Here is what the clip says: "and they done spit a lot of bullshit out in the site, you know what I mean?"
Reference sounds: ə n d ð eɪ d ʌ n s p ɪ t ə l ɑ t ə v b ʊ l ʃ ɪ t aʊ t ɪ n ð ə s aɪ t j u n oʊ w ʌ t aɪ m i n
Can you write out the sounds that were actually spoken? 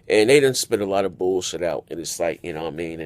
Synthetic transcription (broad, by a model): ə n ð eɪ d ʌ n s p ɪ t ə l ɑ t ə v b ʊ l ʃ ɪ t aʊ t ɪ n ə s aɪ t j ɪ n oʊ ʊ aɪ m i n